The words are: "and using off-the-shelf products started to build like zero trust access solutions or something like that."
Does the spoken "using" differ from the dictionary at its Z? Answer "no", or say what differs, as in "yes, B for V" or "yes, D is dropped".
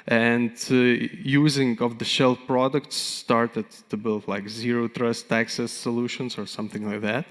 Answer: no